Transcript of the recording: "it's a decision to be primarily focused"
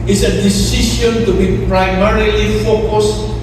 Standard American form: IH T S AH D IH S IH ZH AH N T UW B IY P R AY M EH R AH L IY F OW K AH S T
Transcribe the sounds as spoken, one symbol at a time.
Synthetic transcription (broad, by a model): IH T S AH D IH S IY SH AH N T UW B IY P R AY M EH R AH L IY F OW K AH S